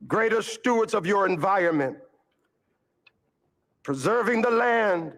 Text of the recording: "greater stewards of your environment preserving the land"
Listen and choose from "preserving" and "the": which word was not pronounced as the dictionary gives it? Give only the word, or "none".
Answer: none